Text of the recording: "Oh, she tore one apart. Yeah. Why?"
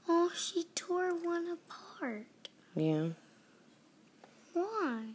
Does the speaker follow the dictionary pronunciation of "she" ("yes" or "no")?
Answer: yes